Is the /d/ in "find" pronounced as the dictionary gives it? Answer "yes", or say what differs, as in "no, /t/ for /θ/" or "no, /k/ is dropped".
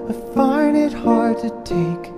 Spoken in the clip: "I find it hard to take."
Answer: no, /d/ is dropped